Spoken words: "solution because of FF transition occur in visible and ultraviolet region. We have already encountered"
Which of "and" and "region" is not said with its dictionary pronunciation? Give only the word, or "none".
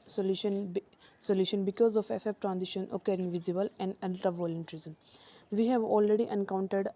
region